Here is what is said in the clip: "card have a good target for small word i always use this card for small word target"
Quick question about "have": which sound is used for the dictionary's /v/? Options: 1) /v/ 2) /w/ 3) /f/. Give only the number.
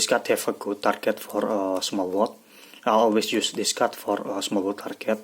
3